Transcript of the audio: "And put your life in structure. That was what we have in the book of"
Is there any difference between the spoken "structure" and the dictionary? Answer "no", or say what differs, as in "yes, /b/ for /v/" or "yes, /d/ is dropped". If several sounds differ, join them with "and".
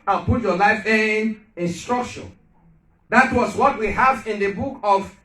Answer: yes, /ʃ/ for /tʃ/